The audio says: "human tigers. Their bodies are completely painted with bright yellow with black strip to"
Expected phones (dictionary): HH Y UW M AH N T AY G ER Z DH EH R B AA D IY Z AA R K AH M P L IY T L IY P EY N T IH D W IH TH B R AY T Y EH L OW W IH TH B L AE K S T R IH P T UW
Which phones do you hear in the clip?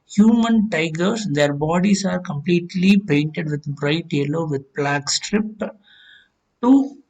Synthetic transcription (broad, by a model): HH Y UW M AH N T AY G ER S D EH R B AA D IY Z AA R K AH M P L IY T L IY P EY N T IH D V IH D B R AY T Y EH L OW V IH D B L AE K S T R IH P T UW